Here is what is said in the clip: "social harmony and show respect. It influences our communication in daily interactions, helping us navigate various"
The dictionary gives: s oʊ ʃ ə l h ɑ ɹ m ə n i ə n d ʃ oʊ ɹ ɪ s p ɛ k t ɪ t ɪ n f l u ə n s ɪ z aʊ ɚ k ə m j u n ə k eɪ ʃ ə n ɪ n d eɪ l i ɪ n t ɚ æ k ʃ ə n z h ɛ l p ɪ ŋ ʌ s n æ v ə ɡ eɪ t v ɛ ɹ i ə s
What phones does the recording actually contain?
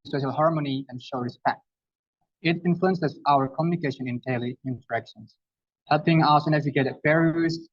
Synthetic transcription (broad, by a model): s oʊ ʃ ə l h ɑ ɹ m ə n i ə n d ʃ oʊ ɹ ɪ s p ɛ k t ɪ t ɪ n f l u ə n s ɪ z aʊ ɚ k ə m j u n ə k eɪ ʃ ə n ɪ n d eɪ l i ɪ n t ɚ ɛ k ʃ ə n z h ɛ l p ɪ ŋ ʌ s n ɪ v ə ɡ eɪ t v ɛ ɹ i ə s